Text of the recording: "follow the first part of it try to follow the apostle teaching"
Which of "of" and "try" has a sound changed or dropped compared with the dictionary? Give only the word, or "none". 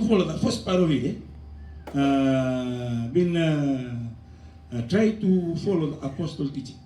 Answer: of